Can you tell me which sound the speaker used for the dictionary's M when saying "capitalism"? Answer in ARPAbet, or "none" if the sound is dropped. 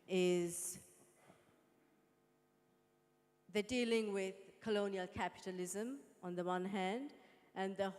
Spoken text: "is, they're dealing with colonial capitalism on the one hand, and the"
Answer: M